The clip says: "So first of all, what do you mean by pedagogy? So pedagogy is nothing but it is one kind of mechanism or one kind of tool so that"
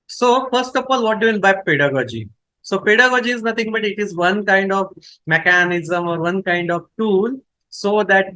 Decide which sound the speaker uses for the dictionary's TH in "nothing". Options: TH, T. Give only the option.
T